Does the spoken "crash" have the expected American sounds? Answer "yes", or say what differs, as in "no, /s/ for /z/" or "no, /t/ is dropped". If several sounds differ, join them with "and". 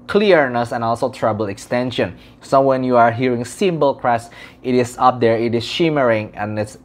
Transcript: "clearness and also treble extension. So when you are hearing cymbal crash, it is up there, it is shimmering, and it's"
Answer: no, /s/ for /ʃ/